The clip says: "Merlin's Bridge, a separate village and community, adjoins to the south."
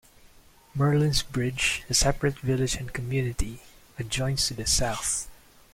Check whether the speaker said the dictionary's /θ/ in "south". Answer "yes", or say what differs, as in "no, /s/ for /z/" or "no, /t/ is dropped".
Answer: yes